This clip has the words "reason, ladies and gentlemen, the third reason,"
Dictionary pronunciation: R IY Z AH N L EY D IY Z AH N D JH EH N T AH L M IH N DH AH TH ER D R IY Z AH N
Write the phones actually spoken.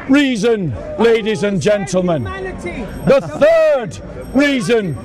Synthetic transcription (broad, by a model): R IY Z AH N L EY D IY Z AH N JH EH N T L M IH N DH AH TH ER D R IY Z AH N